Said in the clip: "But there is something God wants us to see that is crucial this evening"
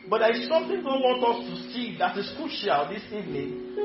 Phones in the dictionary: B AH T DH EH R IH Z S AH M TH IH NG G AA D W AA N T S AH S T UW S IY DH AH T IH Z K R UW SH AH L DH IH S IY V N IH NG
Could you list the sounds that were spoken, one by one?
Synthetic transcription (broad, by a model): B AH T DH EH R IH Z S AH M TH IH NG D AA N W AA N T AH S T UW S IY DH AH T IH S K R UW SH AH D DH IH S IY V N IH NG